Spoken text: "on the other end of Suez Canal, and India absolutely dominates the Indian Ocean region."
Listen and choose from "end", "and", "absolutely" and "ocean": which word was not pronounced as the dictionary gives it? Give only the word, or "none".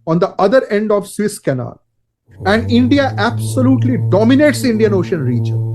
none